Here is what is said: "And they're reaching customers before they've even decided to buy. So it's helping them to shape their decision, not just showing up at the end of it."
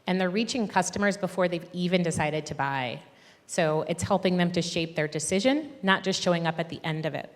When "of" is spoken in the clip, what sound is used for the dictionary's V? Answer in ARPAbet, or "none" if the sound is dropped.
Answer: V